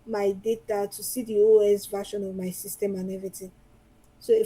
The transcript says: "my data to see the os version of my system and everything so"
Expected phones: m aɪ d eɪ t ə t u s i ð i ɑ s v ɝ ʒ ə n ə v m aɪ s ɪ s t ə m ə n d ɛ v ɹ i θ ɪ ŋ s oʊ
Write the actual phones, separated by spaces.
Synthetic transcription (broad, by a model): m aɪ d eɪ t ə t u s i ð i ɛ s v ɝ ʃ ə n ə v m aɪ s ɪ s t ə m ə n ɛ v i t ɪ s oʊ